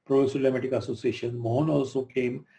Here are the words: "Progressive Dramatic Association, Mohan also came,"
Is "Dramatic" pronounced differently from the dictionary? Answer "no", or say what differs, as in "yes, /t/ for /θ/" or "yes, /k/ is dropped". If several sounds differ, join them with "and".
yes, /l/ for /ɹ/